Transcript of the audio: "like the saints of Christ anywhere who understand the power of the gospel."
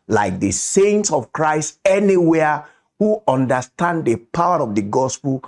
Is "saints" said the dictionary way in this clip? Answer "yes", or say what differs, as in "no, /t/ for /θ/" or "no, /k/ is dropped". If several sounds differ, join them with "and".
yes